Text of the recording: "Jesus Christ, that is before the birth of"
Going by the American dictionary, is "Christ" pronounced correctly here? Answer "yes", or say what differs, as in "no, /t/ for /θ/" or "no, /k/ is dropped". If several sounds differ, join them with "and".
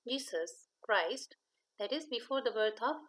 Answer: yes